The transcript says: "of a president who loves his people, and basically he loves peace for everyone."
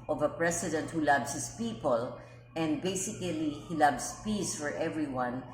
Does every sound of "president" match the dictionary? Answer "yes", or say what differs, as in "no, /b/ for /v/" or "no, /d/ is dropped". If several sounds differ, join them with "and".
no, /s/ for /z/